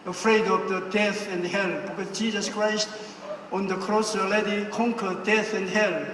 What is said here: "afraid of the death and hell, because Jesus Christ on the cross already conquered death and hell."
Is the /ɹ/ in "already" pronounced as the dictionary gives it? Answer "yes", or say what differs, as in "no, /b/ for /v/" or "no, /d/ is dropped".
no, /ɹ/ is dropped